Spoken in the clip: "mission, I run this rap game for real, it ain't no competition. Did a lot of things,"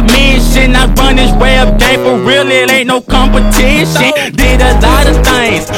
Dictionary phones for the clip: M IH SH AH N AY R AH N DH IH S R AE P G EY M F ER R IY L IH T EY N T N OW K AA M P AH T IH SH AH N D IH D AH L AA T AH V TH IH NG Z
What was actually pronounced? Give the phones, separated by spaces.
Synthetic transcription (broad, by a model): M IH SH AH N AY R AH N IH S W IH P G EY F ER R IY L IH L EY T N OW K AA M P AH T IH SH AH N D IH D AH L AA T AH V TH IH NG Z